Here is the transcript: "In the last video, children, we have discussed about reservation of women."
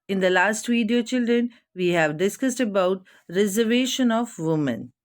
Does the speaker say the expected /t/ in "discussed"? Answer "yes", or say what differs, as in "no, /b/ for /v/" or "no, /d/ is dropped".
yes